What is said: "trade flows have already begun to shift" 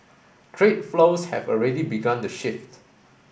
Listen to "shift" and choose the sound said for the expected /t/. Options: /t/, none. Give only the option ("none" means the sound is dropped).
/t/